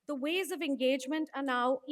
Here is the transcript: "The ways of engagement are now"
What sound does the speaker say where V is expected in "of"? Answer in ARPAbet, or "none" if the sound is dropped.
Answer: V